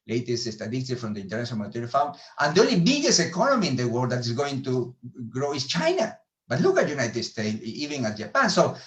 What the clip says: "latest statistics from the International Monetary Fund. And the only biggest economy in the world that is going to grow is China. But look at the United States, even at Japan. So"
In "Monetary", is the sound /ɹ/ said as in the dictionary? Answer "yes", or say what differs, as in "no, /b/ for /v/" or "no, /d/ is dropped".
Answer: no, /ɹ/ is dropped